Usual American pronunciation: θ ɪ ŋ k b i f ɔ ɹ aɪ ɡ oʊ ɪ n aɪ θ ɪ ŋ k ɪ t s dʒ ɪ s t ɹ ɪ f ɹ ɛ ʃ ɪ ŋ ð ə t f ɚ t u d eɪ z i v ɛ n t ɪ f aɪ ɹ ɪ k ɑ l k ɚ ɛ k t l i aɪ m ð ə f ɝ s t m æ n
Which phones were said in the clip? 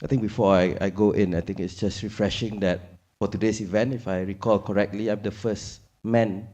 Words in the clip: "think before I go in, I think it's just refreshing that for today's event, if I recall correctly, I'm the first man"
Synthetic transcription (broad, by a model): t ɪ ŋ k b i f ɔ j aɪ ɡ oʊ ɪ n aɪ t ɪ ŋ k ɪ t s dʒ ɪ s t ɹ ɪ f ɹ ɛ ʃ ɪ ŋ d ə t f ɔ t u d eɪ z i v ɛ n t ɪ f aɪ ɹ ɪ k ɑ l k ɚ ɛ k t l i aɪ m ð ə f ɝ s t m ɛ n